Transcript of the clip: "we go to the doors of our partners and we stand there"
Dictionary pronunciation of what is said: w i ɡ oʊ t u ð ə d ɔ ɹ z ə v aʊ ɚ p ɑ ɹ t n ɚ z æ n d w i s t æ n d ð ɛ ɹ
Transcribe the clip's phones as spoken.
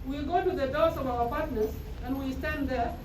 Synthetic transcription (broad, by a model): w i ɡ oʊ t u ð ə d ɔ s ə v aʊ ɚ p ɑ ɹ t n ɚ s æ n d w i s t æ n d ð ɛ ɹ